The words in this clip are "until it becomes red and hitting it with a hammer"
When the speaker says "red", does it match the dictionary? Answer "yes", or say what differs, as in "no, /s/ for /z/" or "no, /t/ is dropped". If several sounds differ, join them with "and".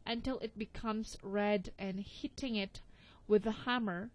yes